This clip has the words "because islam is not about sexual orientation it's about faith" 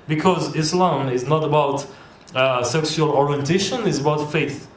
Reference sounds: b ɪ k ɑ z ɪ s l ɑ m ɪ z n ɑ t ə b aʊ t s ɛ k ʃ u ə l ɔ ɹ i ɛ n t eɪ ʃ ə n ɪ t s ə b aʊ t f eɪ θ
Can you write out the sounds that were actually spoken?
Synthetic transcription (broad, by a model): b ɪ k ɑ z ɪ s l ɑ m ɪ z n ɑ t ə b aʊ t s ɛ k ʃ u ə l ɔ ɹ i ɛ n t eɪ ʃ ə n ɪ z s ə b aʊ t f eɪ θ